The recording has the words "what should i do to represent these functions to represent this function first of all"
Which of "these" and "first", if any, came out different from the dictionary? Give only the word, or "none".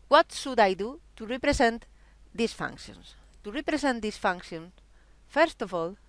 these